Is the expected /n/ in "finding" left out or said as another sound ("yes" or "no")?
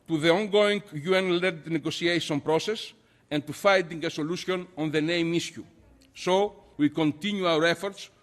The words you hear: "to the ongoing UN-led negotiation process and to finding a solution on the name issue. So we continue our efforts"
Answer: yes